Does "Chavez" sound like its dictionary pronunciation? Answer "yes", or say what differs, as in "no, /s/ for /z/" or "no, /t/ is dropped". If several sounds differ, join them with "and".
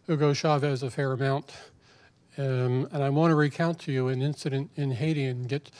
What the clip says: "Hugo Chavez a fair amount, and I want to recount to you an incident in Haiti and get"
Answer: yes